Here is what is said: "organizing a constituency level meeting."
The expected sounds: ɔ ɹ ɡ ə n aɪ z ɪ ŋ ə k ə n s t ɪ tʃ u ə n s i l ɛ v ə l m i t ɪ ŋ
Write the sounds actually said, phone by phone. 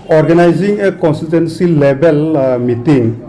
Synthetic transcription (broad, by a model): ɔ ɹ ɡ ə n aɪ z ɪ ŋ ə k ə n s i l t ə n s i l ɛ b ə l m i t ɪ ŋ